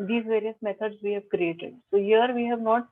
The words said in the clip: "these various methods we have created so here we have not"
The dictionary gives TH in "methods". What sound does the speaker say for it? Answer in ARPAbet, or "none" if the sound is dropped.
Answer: T